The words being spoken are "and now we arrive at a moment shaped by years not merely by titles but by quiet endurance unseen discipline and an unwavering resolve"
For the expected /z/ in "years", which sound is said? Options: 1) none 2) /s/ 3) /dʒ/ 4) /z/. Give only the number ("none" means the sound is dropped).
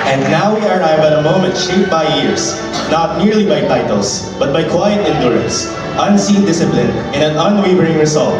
2